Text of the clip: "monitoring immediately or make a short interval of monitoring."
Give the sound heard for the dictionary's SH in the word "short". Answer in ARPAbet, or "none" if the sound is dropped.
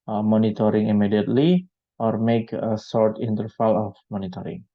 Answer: S